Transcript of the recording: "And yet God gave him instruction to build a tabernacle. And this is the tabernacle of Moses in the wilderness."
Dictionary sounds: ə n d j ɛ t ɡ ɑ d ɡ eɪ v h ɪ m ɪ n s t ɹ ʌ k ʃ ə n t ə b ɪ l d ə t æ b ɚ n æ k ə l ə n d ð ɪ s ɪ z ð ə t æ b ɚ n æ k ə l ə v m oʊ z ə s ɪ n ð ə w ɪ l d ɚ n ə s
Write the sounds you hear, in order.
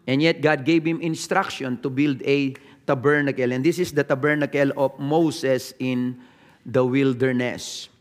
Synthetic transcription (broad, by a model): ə n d j ɛ t ɡ ɑ d ɡ eɪ b h ɪ m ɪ n s t ɹ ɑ k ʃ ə n t ə b ɪ l d ə t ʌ b ɚ n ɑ k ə l ə n d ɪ s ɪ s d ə t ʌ b ɚ n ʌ k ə l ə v m oʊ s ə s ɪ n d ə w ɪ l d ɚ n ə s